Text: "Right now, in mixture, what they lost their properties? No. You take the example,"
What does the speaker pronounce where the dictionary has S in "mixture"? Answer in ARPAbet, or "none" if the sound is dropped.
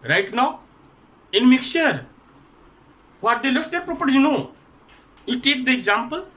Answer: none